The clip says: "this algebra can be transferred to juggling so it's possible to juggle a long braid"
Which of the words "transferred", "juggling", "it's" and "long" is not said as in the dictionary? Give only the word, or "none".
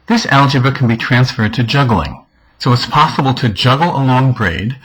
none